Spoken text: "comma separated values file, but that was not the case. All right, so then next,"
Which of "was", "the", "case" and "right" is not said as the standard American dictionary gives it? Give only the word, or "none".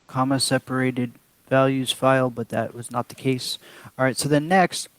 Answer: none